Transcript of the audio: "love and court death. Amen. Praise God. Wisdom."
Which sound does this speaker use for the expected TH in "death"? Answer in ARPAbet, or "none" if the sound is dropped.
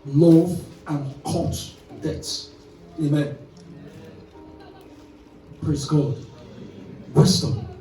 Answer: S